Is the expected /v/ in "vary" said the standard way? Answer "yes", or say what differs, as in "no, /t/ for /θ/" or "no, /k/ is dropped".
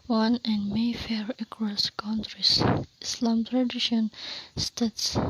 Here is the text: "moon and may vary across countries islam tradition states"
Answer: no, /f/ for /v/